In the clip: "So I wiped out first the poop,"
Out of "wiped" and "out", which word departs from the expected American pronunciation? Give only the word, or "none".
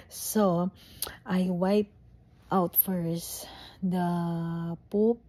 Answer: none